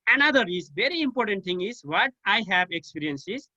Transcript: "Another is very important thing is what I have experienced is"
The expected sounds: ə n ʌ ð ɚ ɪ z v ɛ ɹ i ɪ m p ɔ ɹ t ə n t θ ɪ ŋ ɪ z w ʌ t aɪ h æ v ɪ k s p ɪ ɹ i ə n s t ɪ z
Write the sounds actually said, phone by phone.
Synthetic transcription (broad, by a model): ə n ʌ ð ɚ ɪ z v ɛ ɹ i ɪ m p ɔ ɹ t ə n t t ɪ ŋ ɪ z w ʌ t aɪ h æ v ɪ k s p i ɹ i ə n s ɪ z